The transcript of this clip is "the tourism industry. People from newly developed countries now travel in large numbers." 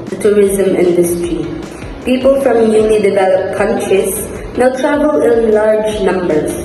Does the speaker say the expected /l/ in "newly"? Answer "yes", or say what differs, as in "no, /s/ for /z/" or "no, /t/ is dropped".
no, /n/ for /l/